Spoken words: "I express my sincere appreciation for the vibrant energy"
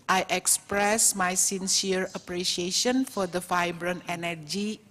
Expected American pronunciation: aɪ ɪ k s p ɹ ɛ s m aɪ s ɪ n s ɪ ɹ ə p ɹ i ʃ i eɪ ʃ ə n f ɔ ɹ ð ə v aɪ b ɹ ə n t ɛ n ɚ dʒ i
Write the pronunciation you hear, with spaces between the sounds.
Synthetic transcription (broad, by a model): aɪ ɪ k s p ɹ ɛ s m aɪ s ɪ n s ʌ ɹ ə p ɹ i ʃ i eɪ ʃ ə n f ɔ ɹ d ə f aɪ b ɹ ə n ɛ n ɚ dʒ i